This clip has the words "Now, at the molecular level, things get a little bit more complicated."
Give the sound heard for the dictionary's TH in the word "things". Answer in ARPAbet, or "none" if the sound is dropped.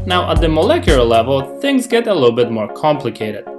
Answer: TH